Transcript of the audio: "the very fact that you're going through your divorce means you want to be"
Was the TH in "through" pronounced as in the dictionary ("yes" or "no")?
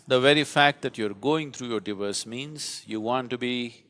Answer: no